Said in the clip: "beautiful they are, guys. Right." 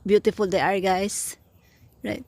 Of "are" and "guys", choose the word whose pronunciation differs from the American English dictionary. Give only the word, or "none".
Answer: guys